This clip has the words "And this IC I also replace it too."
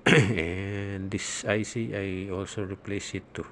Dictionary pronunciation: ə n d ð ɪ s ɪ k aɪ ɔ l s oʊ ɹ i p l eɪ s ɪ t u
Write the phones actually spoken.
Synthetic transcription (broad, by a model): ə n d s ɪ s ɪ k aɪ ɔ l s oʊ ɹ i p l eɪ s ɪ t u